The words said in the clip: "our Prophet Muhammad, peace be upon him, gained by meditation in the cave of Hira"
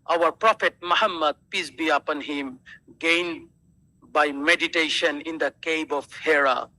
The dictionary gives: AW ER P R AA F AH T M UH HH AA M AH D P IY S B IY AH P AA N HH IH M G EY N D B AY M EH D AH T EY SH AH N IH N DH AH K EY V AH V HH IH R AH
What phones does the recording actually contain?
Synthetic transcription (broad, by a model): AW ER P R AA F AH T M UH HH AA M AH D P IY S B IY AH P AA N HH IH M G EY N D B AY M EH D AH T EY SH AH N IH N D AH K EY B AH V HH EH R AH